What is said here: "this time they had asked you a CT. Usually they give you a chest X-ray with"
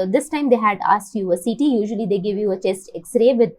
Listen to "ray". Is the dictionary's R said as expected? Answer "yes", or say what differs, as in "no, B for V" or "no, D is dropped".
yes